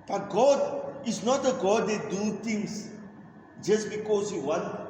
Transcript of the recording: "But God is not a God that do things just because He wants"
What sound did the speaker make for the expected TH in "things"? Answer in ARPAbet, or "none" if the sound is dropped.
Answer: T